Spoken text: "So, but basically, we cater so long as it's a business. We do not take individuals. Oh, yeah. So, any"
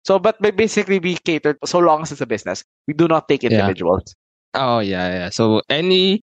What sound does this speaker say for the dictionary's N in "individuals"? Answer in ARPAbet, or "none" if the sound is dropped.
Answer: none